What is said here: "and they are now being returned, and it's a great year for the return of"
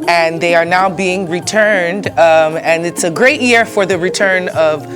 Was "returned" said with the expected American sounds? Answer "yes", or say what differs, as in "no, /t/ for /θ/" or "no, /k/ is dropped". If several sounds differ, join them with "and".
yes